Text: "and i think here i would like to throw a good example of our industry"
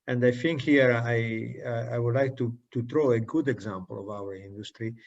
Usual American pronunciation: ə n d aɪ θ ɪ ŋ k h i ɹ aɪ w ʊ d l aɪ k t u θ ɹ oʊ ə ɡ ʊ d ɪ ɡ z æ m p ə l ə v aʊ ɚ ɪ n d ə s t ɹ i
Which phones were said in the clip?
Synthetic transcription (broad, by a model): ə n d aɪ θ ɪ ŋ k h i ɹ aɪ w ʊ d l aɪ k t u t ɹ oʊ ə ɡ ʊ d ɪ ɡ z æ m p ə l ə v aʊ ɚ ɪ n d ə s t ɹ i